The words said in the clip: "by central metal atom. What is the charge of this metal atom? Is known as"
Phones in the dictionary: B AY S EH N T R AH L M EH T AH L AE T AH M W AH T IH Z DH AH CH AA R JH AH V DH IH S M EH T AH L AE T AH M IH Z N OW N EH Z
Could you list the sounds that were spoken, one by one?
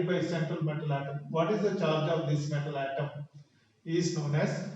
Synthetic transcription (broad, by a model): B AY S EH N T R AH L M EH T AH L AE T AH M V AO T IH Z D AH CH AA R JH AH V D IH S M EH T AH L AE T AH M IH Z N OW N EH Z